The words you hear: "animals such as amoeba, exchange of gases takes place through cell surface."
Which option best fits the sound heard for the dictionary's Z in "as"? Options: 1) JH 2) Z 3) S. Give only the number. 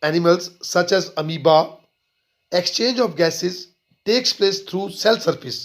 2